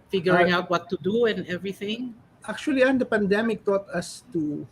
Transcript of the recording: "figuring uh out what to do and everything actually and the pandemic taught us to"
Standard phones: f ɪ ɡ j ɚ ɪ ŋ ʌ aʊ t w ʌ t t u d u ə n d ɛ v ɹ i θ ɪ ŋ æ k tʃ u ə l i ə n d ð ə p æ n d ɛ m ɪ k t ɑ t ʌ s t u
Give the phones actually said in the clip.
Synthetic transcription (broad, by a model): f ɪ ɡ j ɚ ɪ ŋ aʊ t w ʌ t t u d u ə n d ɛ v ɹ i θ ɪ ŋ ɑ k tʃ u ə l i ə n d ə p æ n d ɛ m ɪ k t ɑ t ʌ s t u